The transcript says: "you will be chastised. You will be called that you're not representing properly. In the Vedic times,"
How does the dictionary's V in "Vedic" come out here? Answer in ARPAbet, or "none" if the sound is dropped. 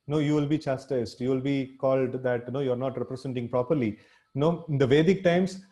V